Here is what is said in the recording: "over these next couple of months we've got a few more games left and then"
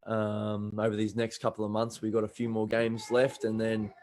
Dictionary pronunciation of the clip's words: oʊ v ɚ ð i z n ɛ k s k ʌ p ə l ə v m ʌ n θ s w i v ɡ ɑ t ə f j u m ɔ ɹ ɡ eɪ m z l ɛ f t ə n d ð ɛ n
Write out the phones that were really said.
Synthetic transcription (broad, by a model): oʊ v ɚ ð i z n ɛ k s k ʌ p l ə v m ʌ n θ s w i ɡ ɑ t ə f j u m ɔ ɹ ɡ eɪ m z l ɛ f t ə n ð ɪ n